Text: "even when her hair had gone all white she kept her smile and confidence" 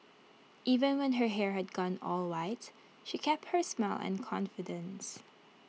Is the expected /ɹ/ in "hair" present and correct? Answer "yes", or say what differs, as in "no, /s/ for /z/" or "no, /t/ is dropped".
yes